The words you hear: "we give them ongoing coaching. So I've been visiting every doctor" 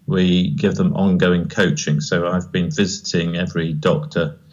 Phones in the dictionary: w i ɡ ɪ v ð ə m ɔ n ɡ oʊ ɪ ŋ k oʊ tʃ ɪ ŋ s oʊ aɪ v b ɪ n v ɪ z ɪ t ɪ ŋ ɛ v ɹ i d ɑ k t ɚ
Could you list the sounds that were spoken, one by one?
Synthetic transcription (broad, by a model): w i ɡ ɪ v ð ə m ɔ n ɡ oʊ ɪ ŋ k oʊ tʃ ɪ ŋ s oʊ aɪ v b ɪ n v ɪ z ɪ t ɪ ŋ ɛ v ɹ i d ɑ k t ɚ